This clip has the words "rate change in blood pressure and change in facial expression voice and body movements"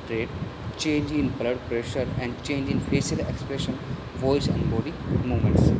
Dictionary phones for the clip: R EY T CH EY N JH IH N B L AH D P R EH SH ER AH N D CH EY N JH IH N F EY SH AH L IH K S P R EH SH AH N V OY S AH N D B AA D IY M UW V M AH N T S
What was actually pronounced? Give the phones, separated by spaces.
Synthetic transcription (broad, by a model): R EY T CH EY N JH IH N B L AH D P R EH SH ER AH N D CH EY N JH IH N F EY S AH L IH K S P R EH SH AH N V OY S AH N D B AA D IY M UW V M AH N T S